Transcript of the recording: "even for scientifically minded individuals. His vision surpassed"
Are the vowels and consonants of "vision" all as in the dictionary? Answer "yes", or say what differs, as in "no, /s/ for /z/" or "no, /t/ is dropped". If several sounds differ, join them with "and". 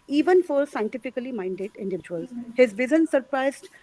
no, /z/ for /ʒ/